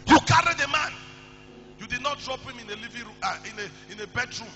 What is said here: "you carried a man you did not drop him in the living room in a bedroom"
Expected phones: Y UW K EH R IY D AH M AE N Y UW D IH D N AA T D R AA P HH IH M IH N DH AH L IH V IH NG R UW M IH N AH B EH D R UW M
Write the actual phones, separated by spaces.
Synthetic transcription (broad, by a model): Y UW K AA R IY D AH M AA N Y UW D IH D N AA T D R AA P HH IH M IH N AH L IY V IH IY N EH IH N AH B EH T R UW M